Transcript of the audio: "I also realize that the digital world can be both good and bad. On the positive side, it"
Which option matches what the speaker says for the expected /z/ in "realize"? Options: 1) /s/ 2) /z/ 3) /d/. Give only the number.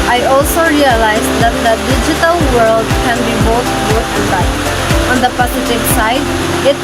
2